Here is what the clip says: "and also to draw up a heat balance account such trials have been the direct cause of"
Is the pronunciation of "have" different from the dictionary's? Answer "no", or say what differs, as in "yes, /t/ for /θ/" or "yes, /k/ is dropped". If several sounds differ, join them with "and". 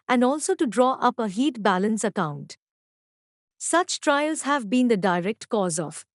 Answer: no